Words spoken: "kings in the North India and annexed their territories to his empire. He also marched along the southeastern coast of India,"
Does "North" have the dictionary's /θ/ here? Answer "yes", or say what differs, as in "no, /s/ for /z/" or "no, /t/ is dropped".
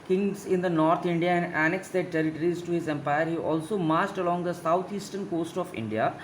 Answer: no, /t/ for /θ/